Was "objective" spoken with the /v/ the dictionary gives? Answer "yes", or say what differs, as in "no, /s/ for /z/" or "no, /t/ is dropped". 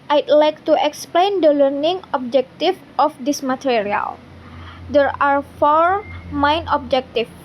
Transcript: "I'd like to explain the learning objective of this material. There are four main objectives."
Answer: no, /f/ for /v/